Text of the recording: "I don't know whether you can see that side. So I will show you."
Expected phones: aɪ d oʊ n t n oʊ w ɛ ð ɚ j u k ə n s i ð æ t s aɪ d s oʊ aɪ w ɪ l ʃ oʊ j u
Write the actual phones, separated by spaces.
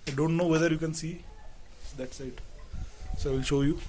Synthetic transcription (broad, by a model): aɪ d oʊ n t n oʊ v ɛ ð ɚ j u k ə n s i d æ t s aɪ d s oʊ aɪ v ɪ l ʃ oʊ j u